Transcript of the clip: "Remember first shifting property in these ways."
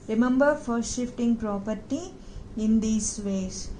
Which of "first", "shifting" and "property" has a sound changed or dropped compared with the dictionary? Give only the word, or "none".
none